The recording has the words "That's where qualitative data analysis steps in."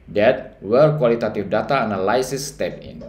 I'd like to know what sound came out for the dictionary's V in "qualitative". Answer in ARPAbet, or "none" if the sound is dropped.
F